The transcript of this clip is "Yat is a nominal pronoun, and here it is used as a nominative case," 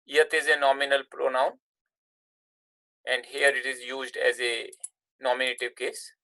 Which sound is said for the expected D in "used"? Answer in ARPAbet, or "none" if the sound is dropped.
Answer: D